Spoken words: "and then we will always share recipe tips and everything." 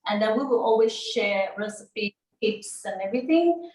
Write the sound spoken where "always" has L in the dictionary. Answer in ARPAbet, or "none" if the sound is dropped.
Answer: L